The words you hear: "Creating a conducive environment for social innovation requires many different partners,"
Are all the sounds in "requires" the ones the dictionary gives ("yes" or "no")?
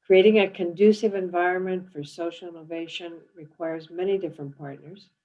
yes